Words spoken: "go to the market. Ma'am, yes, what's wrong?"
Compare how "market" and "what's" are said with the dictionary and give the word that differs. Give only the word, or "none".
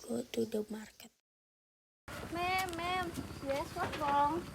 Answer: what's